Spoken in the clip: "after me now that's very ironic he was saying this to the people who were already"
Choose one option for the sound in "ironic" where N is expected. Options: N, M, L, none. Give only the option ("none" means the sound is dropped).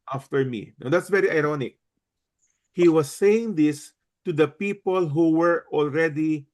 N